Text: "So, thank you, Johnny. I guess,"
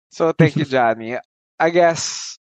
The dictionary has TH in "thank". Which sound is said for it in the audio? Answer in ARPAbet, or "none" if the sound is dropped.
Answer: T